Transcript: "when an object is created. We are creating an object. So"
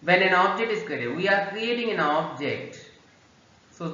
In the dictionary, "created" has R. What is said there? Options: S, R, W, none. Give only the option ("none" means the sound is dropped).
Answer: none